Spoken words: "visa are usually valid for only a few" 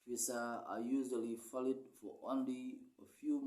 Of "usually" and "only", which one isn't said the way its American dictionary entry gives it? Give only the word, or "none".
none